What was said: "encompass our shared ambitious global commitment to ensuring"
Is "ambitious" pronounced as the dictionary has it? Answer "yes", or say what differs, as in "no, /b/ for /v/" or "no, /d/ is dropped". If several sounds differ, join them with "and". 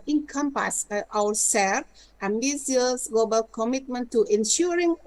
no, /ʃ/ is dropped